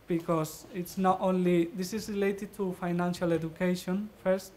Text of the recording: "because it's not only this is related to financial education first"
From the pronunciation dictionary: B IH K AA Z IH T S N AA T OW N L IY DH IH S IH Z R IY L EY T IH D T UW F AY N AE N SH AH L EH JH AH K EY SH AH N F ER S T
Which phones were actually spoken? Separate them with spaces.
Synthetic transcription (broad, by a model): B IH K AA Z IH T S N AA T OW N L IY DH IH S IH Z R IY L EY T IH D T UW F AY N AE N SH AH L EH JH AH K EY SH AH N F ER S T